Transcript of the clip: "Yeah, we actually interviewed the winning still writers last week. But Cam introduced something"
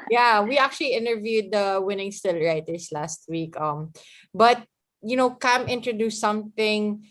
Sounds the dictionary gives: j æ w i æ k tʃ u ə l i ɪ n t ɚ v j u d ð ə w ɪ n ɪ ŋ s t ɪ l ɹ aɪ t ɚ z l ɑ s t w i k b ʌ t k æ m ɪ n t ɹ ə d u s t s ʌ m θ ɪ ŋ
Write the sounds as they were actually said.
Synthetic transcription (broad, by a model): j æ w i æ k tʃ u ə l i ɪ n t ɚ v j u d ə w ɪ n ɪ ŋ s t ɪ l ɹ aɪ t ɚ s l ɑ s t w i k b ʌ t k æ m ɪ n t ɹ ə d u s s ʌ m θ ɪ ŋ